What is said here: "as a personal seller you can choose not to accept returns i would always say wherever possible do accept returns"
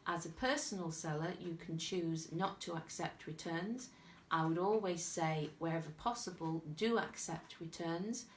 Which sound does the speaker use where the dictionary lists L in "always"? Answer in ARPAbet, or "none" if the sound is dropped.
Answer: L